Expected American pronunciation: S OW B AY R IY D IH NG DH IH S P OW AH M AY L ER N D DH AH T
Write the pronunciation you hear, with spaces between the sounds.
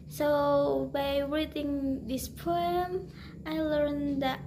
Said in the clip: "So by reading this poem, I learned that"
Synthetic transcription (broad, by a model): S OW B AY R IY D IH NG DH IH S P OW AH M AY L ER N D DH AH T